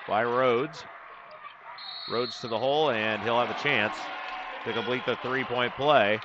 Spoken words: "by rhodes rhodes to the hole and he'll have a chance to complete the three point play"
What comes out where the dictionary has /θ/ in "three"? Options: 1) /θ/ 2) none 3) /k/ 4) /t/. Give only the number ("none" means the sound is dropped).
1